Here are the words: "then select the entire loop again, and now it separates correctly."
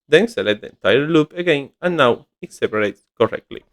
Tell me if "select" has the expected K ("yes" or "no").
no